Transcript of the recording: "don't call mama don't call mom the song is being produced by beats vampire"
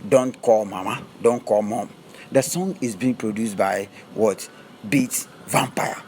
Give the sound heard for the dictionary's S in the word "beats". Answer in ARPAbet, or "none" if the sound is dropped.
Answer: none